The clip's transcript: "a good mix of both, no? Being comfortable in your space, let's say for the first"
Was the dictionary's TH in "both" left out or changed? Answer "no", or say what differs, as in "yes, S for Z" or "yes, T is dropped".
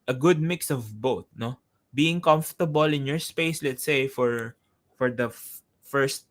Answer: yes, T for TH